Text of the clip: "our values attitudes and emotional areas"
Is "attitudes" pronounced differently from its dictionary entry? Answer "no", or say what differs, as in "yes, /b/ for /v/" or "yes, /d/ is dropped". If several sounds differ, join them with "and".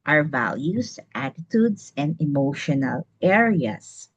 yes, /s/ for /z/